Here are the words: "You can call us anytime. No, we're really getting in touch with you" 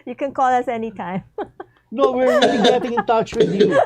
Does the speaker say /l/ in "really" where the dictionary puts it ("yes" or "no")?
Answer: no